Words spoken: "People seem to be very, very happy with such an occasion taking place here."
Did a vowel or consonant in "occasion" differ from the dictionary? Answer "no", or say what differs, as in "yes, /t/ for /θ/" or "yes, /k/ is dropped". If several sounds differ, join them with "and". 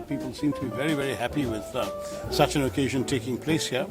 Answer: no